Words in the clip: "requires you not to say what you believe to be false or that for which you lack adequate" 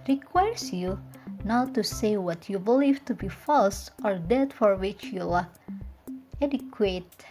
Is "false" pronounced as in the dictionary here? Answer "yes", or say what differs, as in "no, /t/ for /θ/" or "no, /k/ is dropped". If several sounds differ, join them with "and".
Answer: yes